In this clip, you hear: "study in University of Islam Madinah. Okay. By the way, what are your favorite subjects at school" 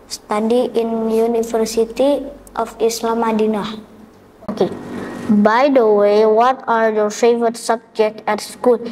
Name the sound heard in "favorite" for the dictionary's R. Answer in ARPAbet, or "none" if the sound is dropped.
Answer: none